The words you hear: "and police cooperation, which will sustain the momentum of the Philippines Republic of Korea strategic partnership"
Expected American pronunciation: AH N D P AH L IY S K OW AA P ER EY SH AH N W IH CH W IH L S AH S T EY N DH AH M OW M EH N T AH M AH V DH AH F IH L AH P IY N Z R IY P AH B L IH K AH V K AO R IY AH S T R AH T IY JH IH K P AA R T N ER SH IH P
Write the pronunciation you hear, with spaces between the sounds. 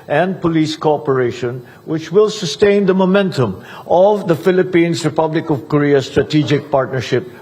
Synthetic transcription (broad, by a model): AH N D P AH L IY S K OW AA P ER EY SH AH N W IH CH W IH L S AH S T EY N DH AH M OW M EH N T AH M AH V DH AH F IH L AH P IY N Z R IY P AH B L IH K AH V K AO R IY AH S T R AH T IY JH IH K P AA R T N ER SH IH P